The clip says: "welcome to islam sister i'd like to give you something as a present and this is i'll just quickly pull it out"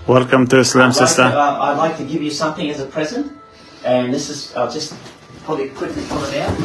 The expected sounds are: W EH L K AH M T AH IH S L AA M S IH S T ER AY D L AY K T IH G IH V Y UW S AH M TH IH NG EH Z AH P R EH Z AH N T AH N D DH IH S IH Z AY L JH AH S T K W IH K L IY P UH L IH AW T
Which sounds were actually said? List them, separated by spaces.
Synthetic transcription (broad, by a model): W EH L K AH M T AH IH S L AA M S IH S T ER AY D L AY K T IH G IH V Y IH S AH M TH IH NG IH Z AH P R EH Z AH N T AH N DH IH S IH Z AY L JH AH S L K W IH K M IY F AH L IH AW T